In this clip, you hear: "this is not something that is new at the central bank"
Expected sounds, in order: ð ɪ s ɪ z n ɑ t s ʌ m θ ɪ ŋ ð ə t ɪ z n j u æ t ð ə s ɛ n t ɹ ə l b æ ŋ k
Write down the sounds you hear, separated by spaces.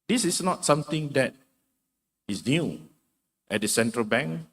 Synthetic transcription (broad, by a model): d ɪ s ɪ s n ɑ t s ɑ m t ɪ ŋ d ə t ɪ s n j u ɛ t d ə s ɛ n t ɹ ə l b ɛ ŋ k